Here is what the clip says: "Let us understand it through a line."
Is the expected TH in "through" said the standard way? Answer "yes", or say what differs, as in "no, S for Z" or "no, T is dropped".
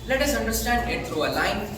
no, T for TH